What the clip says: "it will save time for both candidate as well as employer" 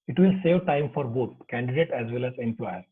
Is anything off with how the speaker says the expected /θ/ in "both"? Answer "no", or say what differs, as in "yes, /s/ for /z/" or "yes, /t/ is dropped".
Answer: yes, /t/ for /θ/